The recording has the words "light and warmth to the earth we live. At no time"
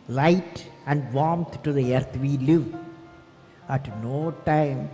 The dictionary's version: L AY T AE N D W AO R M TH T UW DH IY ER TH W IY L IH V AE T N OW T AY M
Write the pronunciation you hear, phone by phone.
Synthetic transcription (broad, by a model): L AY T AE N D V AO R M T T UW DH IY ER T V IY L IH V AE T N OW T AY M